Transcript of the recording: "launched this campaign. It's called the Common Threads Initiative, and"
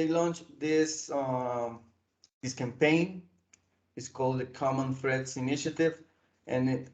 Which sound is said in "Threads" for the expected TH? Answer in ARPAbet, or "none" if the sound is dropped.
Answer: F